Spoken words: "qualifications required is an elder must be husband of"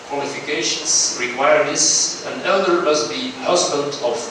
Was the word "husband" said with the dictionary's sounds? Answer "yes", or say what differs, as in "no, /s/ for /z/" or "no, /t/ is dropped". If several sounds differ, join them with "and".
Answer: no, /l/ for /n/